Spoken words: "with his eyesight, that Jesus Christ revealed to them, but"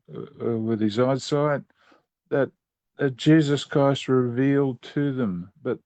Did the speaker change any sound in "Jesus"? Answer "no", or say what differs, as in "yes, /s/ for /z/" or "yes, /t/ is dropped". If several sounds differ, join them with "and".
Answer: no